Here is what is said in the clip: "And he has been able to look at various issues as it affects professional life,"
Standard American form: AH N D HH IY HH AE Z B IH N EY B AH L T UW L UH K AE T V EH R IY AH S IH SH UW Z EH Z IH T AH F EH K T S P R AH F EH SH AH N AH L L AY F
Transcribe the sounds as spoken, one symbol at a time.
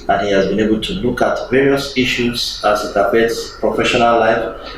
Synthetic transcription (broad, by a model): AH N HH IY HH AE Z B IH N EY B AH L T UW L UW K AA T V EH R IY AH S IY SH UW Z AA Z IH T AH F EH T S P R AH F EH SH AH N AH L L AY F